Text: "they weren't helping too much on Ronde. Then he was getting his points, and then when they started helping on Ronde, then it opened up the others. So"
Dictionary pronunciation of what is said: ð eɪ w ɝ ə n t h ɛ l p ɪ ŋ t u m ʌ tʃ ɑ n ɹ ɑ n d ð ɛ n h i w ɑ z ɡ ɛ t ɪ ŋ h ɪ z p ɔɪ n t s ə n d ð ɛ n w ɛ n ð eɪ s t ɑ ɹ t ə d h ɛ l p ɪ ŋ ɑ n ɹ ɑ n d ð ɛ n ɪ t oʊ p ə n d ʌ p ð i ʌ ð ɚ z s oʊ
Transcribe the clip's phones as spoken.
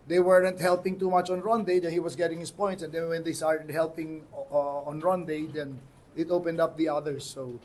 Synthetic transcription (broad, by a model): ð eɪ w ɝ ə n t h ɛ l p ɪ ŋ t u m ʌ tʃ ɑ n ɹ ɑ n d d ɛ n h i w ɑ s ɡ ɛ t ɪ ŋ h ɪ s p ɔɪ n t s ə n d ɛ n w ɛ n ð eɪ s t ɑ ɹ t ə d h ɛ l p ɪ ŋ ɑ n ɹ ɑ n d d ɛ n ɪ t oʊ p ə n d ʌ p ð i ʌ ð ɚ s oʊ